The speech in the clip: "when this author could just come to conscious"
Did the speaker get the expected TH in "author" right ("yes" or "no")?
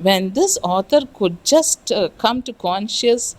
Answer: no